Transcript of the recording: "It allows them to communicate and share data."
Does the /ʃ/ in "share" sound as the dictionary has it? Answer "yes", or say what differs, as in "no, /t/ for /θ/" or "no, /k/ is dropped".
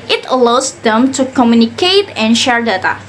yes